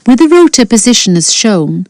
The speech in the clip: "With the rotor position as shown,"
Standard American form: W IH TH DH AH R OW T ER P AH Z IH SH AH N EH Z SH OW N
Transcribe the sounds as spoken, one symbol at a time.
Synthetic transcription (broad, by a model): W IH DH AH R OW T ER P AH Z IH SH AH N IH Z SH OW N